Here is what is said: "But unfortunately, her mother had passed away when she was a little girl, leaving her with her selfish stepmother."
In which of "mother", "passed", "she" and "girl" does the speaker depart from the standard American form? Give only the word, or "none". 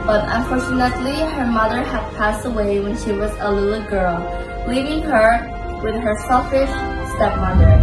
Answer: none